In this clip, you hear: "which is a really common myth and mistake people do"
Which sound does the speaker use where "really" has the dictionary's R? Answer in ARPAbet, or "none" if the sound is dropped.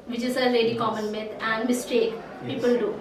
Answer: L